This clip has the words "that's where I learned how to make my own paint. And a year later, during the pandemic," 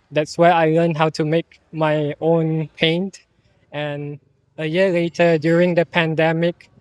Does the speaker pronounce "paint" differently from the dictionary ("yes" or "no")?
no